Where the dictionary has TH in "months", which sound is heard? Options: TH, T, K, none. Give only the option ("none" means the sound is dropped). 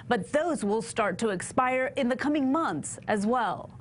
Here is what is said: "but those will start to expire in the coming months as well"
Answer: TH